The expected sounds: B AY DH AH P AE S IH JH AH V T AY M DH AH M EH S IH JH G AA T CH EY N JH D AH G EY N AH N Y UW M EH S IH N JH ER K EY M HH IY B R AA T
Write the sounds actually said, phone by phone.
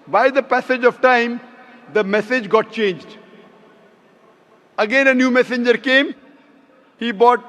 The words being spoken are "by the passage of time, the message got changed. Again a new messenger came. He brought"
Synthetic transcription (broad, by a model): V AY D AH P AE S IH JH AH V T AY M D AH M EH S IH JH G AA T CH EY N JH D AH G EY N AH N Y UW M EH S IH N JH ER K EY M HH IY B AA T